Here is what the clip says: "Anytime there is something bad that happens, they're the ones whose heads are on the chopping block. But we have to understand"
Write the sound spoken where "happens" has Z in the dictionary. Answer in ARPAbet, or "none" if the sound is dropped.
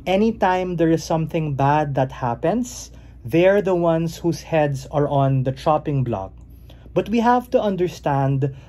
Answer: S